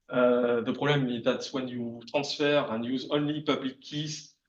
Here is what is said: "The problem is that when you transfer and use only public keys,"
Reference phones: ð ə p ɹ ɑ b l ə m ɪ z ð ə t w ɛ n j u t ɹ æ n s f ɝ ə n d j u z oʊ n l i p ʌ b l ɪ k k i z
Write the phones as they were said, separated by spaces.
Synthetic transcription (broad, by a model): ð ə p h ɑ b l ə m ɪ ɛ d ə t w ɛ n j u t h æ s f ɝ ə n j u z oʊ n l i p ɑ b l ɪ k k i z